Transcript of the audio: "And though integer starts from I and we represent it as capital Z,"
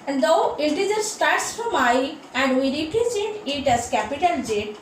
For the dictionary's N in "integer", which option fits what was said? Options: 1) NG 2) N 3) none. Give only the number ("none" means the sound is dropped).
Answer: 3